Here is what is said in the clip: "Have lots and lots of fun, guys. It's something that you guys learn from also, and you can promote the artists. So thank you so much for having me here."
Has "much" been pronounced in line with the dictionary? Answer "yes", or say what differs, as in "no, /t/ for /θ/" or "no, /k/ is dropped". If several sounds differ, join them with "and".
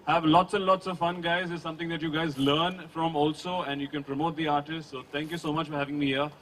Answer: yes